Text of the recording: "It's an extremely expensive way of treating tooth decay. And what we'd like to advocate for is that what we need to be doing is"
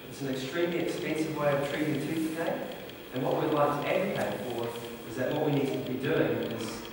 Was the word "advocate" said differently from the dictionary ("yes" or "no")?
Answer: yes